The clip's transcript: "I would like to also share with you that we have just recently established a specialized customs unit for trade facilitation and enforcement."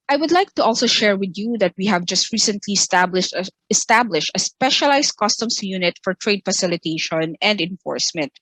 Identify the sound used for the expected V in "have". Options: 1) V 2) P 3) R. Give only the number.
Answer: 1